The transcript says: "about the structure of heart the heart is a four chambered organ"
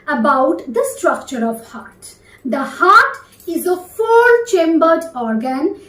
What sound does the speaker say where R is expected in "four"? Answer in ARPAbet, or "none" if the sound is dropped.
L